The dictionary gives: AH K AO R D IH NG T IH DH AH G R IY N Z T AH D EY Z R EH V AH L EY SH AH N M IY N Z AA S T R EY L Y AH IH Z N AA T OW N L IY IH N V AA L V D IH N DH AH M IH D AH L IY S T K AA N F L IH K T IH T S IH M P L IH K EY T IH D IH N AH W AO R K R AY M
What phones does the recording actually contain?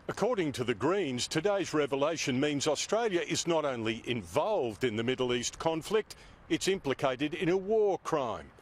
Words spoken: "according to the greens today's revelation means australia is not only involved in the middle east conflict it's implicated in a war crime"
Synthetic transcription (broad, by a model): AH K AO R D IH NG T IH DH AH G R IY N Z T AH D EY Z R EH V AH L EY SH AH N M IY N Z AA S T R EY L Y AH IH Z N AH T OW N L IY IH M V AA L V D IH N DH AH M IH D L IY S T K AA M F L IH K T IH T S IH M P L IH K EY T IH D IH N AH W AO R K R AY M